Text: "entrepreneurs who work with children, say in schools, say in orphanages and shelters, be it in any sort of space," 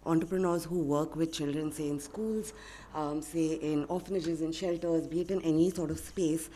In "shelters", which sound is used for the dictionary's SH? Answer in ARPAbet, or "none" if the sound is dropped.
SH